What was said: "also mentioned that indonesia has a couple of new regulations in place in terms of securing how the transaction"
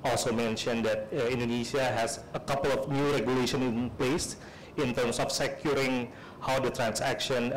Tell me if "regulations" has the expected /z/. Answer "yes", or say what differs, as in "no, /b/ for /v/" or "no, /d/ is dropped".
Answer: no, /z/ is dropped